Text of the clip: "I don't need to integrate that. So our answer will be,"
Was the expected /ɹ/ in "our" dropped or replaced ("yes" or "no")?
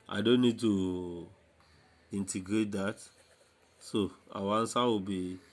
yes